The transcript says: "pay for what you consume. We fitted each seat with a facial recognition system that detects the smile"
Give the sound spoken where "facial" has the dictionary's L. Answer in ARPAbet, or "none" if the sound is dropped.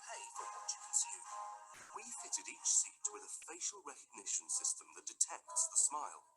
L